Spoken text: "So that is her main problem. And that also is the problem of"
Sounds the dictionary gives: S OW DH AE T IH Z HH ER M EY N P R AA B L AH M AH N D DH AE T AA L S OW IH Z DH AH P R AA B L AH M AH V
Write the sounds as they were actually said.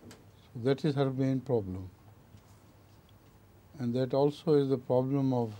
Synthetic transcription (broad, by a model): S OW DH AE T IH Z HH ER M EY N P R AA B L AH M AH N D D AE T AA L S OW IH Z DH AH P R AA B L AH M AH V